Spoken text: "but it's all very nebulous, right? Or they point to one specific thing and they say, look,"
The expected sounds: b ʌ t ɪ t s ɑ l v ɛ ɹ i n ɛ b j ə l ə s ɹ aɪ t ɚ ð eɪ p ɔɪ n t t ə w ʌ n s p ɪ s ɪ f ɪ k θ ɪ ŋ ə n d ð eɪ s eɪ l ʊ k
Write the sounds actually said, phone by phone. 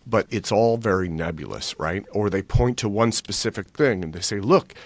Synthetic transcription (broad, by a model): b ʌ t ɪ t s ɑ l v ɛ ɹ i n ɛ b j l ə s ɹ aɪ t ɚ ð eɪ p ɔɪ n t t ə w ʌ n s p ɪ s ɪ f ɪ k θ ɪ ŋ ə n ð eɪ s eɪ l ʊ k